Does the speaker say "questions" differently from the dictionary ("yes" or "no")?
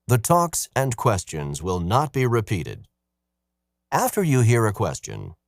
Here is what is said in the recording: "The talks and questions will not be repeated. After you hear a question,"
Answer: no